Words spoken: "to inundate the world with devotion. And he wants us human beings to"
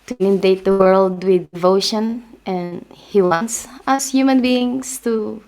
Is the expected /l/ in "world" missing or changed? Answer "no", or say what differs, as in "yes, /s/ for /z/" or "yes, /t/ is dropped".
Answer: no